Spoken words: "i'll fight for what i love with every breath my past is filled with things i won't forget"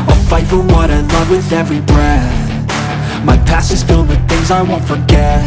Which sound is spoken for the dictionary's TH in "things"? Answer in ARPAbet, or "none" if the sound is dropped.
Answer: TH